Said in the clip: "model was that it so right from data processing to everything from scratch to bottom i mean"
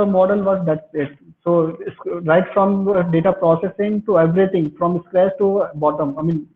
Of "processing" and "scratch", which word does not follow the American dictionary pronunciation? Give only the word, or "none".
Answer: scratch